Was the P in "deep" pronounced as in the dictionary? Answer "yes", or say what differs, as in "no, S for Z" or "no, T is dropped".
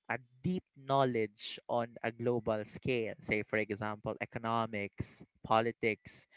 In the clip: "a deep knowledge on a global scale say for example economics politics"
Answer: yes